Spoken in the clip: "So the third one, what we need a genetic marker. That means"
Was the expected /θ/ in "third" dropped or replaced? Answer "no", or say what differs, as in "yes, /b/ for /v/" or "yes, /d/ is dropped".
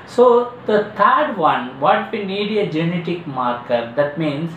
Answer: yes, /t/ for /θ/